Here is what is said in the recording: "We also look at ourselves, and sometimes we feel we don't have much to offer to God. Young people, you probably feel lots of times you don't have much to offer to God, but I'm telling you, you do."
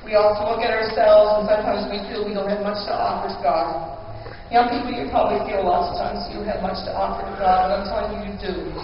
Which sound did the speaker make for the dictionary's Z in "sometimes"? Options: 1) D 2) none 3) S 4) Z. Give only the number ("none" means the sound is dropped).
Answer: 4